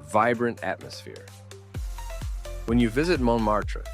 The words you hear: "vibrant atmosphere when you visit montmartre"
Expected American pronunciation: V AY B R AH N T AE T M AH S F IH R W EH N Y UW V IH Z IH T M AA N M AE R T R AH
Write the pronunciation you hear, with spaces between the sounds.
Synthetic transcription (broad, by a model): V AY B R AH N T AE T M AH S F IH R W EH N Y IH V IH Z IH T M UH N M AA R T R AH